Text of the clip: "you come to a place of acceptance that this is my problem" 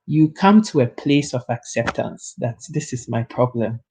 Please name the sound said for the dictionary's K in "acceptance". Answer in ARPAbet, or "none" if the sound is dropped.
K